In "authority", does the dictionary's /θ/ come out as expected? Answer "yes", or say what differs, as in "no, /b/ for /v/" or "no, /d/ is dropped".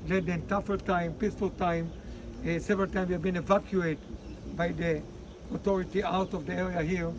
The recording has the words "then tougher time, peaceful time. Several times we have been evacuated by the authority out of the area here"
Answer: no, /t/ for /θ/